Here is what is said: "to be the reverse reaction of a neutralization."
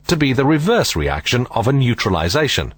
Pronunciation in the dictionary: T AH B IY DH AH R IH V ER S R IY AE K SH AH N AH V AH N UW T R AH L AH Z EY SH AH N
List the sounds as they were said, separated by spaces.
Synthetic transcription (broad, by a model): T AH B IY DH AH R IH V ER S R IY AE K SH AH N AH V AH N UW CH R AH L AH Z EY SH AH N